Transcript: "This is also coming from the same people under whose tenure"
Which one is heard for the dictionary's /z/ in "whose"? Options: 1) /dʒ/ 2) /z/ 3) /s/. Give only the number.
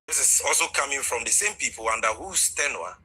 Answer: 3